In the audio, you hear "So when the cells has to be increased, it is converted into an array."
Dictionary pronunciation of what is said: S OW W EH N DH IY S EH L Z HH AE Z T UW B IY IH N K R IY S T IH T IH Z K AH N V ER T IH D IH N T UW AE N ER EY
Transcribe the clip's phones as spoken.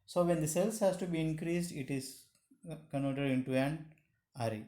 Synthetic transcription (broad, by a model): S OW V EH N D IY S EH L S HH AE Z T UW B IY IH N K R IY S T IH T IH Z K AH N AO T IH D IH N T UW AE N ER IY